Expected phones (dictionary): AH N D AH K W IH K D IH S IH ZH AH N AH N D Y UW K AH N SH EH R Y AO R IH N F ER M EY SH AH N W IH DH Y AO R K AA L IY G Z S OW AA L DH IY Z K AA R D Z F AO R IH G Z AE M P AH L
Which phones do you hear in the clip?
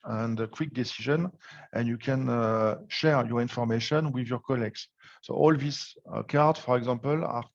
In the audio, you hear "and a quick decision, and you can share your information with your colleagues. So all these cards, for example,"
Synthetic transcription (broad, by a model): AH N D AH K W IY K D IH S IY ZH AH N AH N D Y UW K AH N SH EH R Y AO R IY N F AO M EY SH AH N W IH DH Y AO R K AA L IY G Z S OW AA L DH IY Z K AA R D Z F AO R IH G Z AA M P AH L